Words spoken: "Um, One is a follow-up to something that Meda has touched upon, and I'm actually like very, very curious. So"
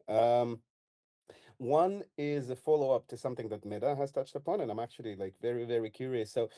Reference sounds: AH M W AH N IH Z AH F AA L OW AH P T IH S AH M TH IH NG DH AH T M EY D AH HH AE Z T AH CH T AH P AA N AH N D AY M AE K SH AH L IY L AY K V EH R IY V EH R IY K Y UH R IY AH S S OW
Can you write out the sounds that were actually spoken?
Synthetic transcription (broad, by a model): AH M W AH N IH Z AH F AA L OW AH P T IH S AH M TH IH NG DH AH T M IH D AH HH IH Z T AH CH T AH P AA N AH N AY M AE K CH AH L IY L AY K V EH R IY V EH R IY K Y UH R IY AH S S OW